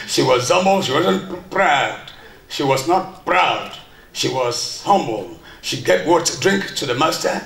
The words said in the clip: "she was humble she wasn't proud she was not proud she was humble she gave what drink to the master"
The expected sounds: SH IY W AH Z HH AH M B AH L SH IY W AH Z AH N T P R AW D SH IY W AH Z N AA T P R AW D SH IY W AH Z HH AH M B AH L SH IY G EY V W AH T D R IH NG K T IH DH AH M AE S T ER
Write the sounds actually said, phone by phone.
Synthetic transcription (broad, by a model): SH IY W AH Z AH M B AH L SH IY W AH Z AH N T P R AW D SH IY W AH Z N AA T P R AW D SH IY W AH Z HH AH M B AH L SH IY G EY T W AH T D R IH NG K T IH DH AH M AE S T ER